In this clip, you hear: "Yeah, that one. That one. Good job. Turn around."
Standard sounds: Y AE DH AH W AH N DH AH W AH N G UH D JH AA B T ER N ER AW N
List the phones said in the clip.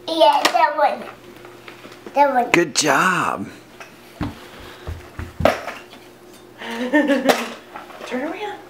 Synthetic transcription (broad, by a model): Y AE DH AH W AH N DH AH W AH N G UH D JH AA B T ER IY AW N